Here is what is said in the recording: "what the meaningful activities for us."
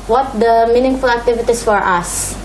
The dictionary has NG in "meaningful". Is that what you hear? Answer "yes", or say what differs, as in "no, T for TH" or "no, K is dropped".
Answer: yes